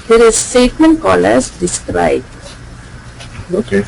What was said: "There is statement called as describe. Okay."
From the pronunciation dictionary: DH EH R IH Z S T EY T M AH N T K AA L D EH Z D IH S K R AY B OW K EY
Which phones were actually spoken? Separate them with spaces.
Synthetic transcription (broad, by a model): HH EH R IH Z S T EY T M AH N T K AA L AH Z D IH S K R AY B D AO